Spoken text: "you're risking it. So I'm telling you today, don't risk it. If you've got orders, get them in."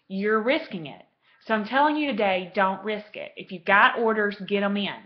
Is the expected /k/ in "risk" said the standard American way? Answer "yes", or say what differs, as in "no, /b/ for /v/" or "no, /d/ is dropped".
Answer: yes